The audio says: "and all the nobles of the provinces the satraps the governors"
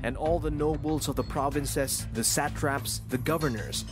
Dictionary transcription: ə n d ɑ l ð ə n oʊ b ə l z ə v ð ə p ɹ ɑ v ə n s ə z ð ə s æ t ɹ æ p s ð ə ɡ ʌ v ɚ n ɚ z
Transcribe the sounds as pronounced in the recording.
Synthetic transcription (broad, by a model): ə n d ɑ l ð ə n oʊ b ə l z ə v ð ə p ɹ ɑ v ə n s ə s ð ə s æ t ɹ æ p s ð ə ɡ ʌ v ɚ n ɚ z